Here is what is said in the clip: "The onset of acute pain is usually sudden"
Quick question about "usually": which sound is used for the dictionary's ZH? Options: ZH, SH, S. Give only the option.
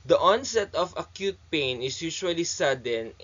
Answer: SH